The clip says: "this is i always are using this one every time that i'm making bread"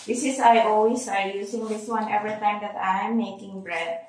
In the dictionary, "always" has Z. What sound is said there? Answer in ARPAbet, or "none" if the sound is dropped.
S